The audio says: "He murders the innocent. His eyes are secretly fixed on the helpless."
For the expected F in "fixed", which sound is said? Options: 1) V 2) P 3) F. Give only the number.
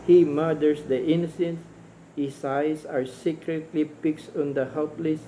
2